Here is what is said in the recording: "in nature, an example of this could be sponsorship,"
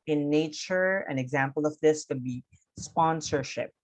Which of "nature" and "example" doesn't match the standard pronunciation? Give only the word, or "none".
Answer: none